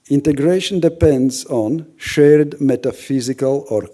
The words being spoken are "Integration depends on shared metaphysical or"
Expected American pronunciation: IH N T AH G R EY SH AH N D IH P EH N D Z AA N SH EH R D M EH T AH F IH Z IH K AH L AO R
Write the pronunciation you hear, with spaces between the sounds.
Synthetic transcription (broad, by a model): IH N T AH G R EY SH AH N D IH P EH N D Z AA N SH EH R D M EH T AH F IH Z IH K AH L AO R